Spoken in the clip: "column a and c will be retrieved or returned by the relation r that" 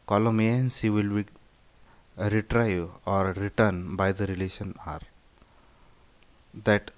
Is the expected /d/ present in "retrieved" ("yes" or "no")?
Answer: no